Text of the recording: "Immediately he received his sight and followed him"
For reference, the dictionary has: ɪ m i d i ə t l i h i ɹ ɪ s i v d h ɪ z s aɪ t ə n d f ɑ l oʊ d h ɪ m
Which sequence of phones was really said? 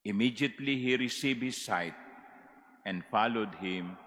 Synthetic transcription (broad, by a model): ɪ m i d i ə t l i h i ɹ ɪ s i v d h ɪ s aɪ t ə n d f ɑ l oʊ d h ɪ m